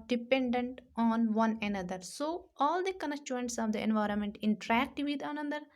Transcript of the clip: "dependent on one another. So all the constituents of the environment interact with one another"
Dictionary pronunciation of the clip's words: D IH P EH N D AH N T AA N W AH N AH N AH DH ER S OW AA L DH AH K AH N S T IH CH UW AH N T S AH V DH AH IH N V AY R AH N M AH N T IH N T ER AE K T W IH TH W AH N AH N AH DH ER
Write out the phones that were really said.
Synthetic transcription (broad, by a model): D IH P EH N D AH N T AA N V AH N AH N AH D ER S OW AA L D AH K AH N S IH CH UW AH N T S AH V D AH IH N V AY R AH N M AH N T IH N T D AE K T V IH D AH N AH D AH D